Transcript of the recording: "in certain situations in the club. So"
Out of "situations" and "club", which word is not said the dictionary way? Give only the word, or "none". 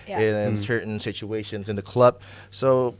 none